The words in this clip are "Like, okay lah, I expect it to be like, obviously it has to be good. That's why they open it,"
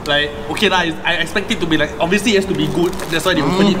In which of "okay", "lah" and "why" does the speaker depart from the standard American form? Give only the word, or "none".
lah